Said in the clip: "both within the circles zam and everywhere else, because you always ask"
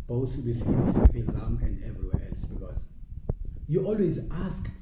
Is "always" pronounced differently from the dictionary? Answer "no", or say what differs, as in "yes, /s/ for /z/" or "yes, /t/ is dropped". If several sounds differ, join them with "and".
no